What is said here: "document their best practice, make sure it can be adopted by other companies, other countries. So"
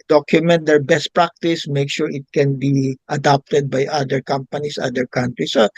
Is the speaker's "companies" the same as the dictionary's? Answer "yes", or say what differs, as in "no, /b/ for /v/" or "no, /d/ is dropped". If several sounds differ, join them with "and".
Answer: no, /s/ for /z/